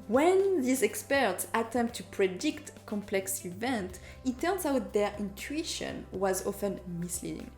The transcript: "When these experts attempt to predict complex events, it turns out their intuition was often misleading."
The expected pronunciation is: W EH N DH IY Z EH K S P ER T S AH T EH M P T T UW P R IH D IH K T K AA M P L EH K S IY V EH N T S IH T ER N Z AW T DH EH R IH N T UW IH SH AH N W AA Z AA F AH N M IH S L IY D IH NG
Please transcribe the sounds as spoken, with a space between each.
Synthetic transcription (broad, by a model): W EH N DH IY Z EH K S P ER T S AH T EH M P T T UW P R IH D IH K T K AA M P L EH K S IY V EH N T IH T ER N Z AW T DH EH R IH N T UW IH SH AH N W AA Z AA F AH N M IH S L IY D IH NG